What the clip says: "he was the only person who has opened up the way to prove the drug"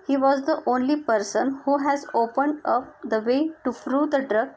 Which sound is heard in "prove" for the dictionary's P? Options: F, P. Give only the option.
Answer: F